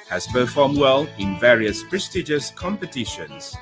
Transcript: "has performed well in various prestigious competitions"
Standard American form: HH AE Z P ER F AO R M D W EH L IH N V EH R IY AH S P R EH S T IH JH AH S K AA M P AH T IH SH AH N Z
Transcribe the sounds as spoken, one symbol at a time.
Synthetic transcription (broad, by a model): HH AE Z P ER F AO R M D W EH L IH N V EH R IY AH S P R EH S T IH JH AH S K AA M P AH T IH SH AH N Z